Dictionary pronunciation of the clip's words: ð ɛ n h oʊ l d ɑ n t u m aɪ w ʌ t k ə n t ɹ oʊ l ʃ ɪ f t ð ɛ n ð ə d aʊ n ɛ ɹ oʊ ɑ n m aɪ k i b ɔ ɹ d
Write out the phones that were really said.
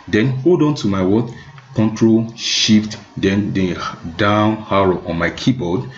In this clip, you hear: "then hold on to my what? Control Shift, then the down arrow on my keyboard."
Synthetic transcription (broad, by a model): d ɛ n h oʊ l d ɑ n t u m aɪ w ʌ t k ə n t ɹ oʊ l ʃ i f t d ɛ n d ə d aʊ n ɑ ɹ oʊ ɑ n m aɪ k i b ɔ d